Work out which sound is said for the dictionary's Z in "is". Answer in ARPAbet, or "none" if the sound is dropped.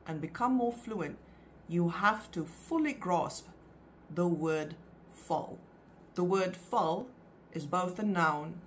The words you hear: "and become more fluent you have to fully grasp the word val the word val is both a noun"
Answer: Z